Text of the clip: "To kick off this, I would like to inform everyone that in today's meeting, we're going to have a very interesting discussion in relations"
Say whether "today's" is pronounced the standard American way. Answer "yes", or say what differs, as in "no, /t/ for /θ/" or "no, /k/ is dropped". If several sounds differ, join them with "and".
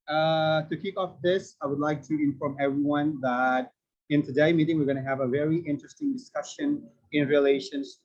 no, /z/ is dropped